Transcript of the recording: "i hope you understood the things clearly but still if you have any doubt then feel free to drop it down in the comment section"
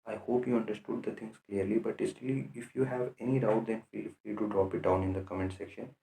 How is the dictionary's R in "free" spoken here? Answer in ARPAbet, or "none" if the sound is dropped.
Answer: L